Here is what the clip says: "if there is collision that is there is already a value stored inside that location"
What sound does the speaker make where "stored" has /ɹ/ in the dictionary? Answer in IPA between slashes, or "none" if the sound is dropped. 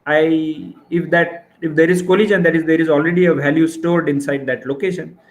/ɹ/